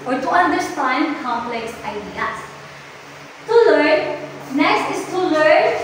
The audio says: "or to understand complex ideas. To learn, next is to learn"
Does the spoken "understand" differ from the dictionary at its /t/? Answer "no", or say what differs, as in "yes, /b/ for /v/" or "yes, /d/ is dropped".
yes, /s/ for /t/